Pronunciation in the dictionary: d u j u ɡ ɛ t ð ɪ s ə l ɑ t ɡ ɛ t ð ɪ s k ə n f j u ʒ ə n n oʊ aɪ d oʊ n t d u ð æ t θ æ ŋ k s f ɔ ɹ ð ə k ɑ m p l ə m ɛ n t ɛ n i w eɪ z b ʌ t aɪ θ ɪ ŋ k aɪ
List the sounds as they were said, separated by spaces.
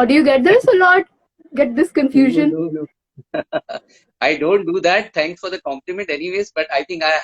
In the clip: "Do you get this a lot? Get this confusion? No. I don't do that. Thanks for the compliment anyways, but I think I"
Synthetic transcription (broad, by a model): d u j u ɡ ɛ t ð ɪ s ə l ɑ t ɡ ɛ t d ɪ s k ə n f j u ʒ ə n n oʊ aɪ d oʊ n t d u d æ t t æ ŋ k s f ɔ ɹ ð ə k ɑ m p l ə m ɛ n t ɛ n i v eɪ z b ʌ t aɪ t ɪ ŋ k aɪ